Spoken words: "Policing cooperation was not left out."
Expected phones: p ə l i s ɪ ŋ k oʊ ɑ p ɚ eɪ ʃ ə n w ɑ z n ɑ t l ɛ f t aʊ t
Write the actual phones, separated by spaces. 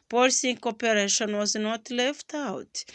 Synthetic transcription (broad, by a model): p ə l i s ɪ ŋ k oʊ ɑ p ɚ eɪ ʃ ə n w ɑ z n ɑ t l ɛ f t aʊ t